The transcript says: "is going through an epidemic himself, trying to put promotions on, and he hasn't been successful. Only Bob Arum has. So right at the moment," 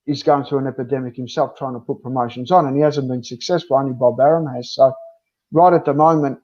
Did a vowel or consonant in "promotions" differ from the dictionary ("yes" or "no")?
no